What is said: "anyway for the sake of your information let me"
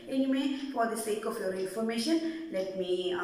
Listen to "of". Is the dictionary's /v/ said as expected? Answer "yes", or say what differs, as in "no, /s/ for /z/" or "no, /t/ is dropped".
no, /f/ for /v/